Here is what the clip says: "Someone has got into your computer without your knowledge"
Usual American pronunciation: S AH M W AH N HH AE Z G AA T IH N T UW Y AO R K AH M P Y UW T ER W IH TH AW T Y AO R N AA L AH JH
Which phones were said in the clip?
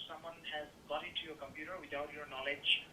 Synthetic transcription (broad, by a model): S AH M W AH N HH AE Z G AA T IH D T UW Y AO R K AH M P Y UW T ER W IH T AW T Y AO R N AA L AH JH